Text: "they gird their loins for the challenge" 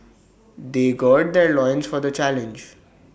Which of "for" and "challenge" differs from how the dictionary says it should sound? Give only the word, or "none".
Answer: none